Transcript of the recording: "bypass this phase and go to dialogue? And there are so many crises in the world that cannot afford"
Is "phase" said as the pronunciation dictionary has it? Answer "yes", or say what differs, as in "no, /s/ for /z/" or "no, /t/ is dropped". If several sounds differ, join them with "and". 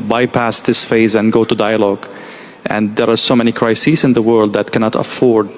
yes